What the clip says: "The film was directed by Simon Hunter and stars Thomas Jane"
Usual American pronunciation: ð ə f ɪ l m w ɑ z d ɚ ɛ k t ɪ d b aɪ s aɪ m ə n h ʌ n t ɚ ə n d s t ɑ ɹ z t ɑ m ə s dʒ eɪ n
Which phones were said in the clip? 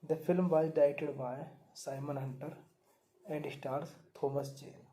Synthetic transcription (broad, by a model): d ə f ɪ l m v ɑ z d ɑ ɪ t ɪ d b aɪ s aɪ m ə n h ʌ n t ɚ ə n d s t ɑ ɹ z t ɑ m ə s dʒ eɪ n